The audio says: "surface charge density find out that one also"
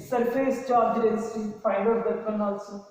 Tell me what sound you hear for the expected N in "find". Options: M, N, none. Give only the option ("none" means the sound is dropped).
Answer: none